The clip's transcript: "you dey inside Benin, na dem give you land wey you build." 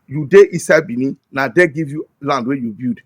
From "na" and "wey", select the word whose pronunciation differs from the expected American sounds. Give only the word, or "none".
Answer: none